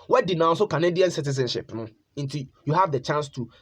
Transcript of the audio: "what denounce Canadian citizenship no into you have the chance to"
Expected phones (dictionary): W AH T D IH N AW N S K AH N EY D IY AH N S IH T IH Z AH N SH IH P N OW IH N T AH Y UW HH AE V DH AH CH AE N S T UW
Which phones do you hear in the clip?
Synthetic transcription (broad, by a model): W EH D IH N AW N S K AH N EY D IY AH N S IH T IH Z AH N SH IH P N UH IH N T AH Y UW HH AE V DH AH CH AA N S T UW